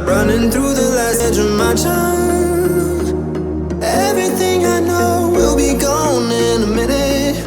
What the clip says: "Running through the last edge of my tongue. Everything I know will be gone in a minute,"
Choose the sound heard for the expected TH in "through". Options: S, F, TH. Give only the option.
TH